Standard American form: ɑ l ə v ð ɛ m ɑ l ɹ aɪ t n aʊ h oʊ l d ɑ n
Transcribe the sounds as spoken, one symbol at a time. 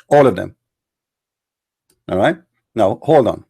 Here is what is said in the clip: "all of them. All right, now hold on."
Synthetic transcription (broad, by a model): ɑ l ə v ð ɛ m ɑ ɹ aɪ t n aʊ h oʊ l d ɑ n